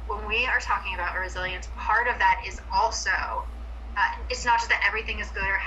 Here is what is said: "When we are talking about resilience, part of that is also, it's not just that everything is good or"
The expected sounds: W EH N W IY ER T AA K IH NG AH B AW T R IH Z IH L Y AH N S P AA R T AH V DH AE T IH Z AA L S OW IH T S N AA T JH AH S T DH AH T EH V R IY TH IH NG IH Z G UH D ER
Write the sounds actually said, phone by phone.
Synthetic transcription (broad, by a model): W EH N W IY ER T AA K IH NG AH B AW T R IH Z IH L Y AH N S P AA R T AH V DH AE T IH Z AA L S OW IH T S N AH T ZH AH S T DH AH T EH V R IY TH IH NG IH Z G UH D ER